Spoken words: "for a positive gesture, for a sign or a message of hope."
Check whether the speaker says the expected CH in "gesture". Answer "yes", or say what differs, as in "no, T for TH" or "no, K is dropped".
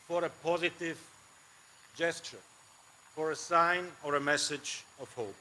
yes